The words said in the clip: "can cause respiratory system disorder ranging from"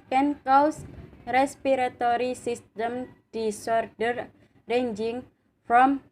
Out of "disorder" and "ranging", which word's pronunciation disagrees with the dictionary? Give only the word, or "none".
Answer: none